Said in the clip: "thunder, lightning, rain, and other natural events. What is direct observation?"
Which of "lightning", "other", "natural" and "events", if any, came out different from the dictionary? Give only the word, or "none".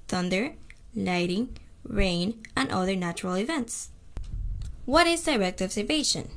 lightning